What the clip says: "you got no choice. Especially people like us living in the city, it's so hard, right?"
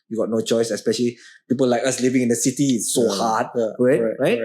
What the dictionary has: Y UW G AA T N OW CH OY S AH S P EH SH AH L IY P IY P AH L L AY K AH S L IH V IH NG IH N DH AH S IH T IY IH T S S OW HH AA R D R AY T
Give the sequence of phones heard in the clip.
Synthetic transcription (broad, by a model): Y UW G AA T N OW CH OY S AH S P EH SH AH L IY P IY P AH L L AY K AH S L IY V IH NG IH N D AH S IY T IY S S OW HH AA R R R AY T